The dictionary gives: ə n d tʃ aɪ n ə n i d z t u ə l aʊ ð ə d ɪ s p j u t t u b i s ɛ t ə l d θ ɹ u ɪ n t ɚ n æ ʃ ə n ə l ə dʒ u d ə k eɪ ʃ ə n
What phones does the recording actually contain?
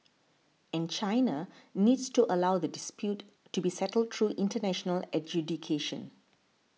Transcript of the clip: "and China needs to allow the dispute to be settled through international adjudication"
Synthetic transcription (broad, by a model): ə n tʃ aɪ n ə n i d s t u ə l aʊ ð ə d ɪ s p j u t t u b i s ɛ t ə l d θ ɹ u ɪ n t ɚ n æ ʃ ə n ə l ə dʒ u d ə k eɪ ʃ ə n